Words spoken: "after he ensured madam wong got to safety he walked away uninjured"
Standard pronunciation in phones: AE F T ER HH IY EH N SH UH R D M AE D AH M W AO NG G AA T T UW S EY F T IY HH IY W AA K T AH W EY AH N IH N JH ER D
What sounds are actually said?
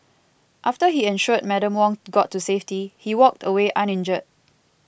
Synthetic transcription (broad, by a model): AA F T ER HH IY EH N SH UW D M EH D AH M W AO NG G AA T T UW S EY F T IY HH IY W AA K T AH W EY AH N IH N JH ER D